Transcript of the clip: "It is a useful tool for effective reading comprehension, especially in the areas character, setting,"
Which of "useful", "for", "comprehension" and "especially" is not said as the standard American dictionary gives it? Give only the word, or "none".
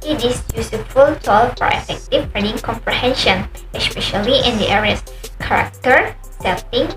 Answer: useful